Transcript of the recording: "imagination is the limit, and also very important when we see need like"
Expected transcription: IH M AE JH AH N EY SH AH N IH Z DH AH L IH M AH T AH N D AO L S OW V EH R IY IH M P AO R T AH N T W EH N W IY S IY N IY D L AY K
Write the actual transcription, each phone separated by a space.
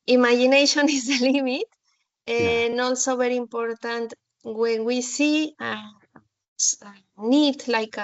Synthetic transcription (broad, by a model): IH M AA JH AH N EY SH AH N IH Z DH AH L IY M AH T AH N AO L S OW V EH R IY IH M P AO R T AH N T W EH N W IY S IY N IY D L AY K